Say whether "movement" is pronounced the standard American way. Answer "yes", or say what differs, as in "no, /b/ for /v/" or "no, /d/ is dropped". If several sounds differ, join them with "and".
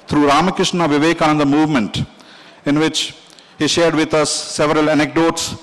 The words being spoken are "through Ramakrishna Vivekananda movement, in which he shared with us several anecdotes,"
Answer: yes